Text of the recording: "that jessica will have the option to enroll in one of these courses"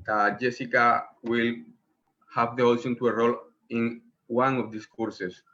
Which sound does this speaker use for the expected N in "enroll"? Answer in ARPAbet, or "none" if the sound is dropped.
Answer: none